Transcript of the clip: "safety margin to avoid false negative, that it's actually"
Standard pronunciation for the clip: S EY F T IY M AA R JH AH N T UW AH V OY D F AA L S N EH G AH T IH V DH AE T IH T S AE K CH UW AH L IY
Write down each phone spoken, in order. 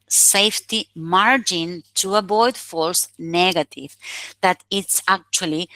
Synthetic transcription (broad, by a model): S EY F T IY M AA R JH AH N T UW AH B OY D F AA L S N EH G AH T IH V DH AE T IH T S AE K CH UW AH L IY